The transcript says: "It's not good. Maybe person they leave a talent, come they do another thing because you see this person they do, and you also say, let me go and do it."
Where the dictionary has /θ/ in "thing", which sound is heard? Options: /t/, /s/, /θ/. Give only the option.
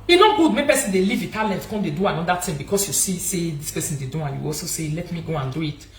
/t/